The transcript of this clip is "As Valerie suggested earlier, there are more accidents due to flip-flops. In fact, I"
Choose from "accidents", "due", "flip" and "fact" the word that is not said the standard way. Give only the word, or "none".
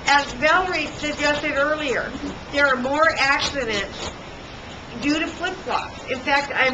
flip